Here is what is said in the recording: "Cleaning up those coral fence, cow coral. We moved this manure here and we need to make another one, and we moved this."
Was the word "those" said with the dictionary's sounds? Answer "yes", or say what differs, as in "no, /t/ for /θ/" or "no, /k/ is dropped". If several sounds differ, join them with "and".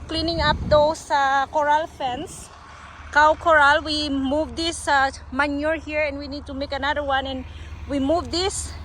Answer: no, /s/ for /z/